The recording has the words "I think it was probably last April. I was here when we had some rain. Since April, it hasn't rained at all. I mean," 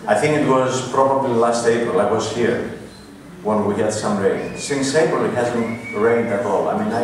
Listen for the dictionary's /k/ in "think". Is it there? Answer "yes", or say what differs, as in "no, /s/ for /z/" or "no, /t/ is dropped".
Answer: yes